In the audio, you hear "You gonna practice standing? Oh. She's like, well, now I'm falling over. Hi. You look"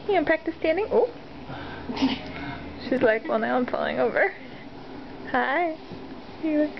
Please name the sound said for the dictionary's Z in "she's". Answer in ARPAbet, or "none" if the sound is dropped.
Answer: Z